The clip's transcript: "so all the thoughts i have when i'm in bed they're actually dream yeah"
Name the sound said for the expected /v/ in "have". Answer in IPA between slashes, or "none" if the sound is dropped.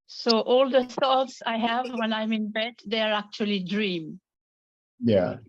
/v/